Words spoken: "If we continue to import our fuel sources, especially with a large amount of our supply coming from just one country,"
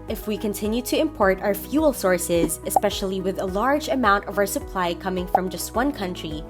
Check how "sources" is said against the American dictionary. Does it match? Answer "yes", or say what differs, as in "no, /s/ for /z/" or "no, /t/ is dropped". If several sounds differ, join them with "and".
yes